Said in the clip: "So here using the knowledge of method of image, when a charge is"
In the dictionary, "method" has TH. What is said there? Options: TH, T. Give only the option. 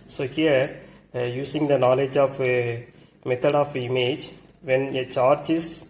T